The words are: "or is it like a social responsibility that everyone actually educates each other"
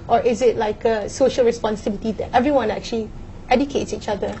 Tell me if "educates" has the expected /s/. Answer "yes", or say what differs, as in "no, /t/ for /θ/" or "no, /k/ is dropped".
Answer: yes